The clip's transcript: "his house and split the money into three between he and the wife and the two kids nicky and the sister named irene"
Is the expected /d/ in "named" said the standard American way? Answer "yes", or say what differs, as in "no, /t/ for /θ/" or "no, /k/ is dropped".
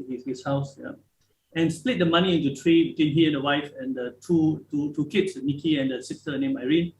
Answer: no, /d/ is dropped